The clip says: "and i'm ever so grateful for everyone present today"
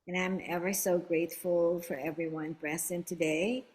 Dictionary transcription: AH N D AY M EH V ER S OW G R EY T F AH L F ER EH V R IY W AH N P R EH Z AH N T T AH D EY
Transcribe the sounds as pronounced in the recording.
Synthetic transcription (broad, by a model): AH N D AY M EH V ER S OW G R EY T F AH L F ER EH V R IY W AH N B R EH S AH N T T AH D EY